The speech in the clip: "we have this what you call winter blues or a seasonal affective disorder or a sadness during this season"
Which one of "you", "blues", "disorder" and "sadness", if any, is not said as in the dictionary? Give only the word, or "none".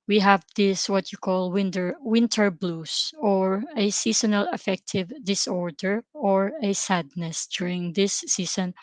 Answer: blues